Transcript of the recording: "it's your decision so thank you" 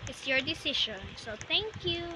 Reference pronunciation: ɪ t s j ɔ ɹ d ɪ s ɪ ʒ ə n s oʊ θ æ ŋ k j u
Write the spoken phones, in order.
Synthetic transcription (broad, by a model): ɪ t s j ɔ ɹ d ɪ s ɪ ʃ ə n s oʊ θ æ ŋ k j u